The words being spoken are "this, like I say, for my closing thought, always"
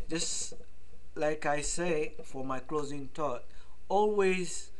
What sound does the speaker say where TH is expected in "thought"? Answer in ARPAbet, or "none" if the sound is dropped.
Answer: T